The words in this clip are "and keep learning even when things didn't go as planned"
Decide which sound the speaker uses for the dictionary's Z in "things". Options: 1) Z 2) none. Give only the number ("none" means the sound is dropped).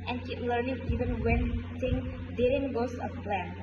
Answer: 2